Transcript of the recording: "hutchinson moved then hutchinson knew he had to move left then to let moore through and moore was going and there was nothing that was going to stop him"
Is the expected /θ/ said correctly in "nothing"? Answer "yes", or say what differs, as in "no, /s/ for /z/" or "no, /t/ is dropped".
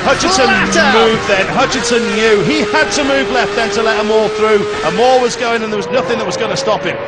yes